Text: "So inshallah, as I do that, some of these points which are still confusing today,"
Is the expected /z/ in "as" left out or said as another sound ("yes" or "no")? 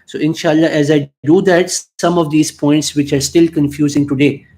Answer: no